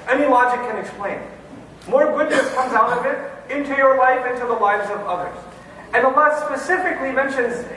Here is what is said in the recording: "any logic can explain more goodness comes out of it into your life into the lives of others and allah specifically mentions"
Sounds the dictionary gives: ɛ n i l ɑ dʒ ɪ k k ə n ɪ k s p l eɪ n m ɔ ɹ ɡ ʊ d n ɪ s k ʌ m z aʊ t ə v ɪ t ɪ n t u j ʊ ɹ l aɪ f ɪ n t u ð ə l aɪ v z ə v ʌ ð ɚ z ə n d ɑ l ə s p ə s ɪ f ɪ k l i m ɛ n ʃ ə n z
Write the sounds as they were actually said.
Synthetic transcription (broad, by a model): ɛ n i l ɑ dʒ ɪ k k ə n ɪ k s p l eɪ n m ɔ ɹ ɡ ʊ d n ɪ s k ʌ m z aʊ t ə v ɪ t ɪ n t u j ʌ ɹ l aɪ f ɪ n t u ð ə l aɪ v z ə v ʌ ð ɚ z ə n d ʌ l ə s p ə s ɪ f ɪ k l i m ɛ n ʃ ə n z